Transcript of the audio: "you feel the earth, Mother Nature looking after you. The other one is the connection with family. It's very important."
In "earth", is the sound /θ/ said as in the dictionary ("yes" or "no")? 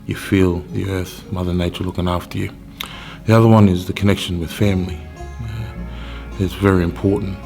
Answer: yes